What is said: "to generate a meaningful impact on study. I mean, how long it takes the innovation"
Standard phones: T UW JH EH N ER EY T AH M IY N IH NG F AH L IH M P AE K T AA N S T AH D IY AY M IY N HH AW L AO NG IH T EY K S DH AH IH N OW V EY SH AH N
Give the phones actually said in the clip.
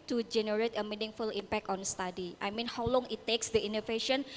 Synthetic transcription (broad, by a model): T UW JH EH N ER EY T AH M IY N IH NG F AH L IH M P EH K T AA N S T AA D IY AY M IY N HH AW L AO NG IH T EY K S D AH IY N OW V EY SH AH N